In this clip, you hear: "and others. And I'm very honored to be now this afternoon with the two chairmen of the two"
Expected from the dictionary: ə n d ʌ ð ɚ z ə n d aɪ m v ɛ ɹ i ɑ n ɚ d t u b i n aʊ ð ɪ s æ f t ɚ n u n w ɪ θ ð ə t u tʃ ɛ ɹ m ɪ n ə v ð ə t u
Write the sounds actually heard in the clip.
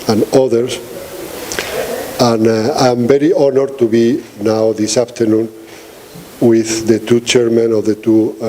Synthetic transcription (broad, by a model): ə n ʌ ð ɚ s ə n aɪ m b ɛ ɹ i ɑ n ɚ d t u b i n aʊ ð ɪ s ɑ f t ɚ n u n w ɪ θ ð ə t u tʃ ɛ ɹ m ɪ n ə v ð ə t u